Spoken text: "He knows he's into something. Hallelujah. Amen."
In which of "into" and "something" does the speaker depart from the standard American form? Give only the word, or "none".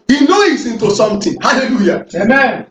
something